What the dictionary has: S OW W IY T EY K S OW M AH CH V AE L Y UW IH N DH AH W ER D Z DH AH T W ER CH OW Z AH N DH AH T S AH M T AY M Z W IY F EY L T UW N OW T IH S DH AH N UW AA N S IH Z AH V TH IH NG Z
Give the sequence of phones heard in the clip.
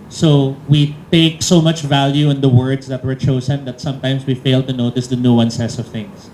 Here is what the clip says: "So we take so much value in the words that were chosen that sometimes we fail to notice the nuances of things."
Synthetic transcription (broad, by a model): S OW W IY T EY K S OW M AH CH V AE L Y UW IH N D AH W ER D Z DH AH T W ER CH OW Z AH N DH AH T S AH M T AY M S W IY F EY L T UW N OW T IH S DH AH N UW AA N S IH S AH V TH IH NG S